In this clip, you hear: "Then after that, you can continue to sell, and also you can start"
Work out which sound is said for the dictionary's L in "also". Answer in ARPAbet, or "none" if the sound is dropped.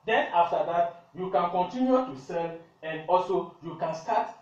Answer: L